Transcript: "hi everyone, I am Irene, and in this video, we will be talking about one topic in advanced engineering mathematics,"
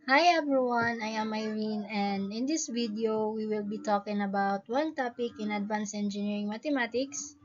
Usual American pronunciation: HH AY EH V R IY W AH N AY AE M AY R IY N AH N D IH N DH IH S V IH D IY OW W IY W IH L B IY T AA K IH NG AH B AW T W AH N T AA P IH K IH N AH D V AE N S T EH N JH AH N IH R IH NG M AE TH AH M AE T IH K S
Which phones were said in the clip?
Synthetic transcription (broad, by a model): HH AY EH V R IY W AH N AY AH M AY R IY N AH N D IH N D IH S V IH D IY OW W IY W IH L B IY T AA K IH NG AH B AW T W AH N T AA P IH K IH N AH D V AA N S EH N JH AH N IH R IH NG M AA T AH M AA T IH K S